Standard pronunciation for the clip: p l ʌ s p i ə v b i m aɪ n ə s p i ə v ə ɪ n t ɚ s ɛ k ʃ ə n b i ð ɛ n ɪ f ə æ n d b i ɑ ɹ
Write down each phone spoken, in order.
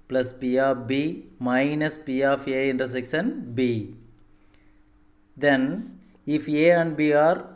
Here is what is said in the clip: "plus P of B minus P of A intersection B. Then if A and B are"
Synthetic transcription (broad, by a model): p l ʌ s p i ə b i m aɪ n ə s p i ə f ə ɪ n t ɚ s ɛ k s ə n b i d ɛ n ɪ f ə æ n d b i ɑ ɹ